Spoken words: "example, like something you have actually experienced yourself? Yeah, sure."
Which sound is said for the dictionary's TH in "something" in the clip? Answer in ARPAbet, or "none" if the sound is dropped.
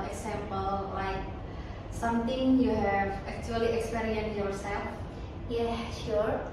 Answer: T